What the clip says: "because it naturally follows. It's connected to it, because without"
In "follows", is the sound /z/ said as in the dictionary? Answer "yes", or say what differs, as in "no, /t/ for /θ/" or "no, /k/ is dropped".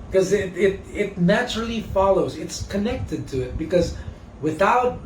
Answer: yes